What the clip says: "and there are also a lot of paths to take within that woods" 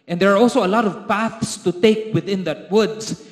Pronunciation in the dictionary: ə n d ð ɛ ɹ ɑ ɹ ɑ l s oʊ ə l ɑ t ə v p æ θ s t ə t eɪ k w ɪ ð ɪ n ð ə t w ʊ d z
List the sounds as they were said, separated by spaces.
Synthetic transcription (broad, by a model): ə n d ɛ ɹ ɑ ɹ ɑ l s oʊ ə l ɑ t ə v p æ θ s t ə t eɪ k w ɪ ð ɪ n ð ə t w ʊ d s